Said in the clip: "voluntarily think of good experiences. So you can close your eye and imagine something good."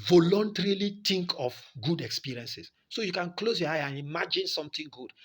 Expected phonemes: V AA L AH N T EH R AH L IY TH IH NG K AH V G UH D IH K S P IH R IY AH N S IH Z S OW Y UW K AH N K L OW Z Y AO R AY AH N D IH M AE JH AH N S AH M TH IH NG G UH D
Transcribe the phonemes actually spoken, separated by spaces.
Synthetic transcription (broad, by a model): V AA L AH N T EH R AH L IY T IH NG K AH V G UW D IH K S P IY R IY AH N S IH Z S OW Y UW K AH N K L OW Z Y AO AY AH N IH M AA JH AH N S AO M T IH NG G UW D